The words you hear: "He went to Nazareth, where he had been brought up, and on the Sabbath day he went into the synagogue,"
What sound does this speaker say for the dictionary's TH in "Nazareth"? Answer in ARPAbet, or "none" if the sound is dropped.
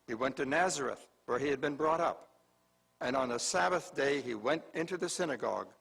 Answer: TH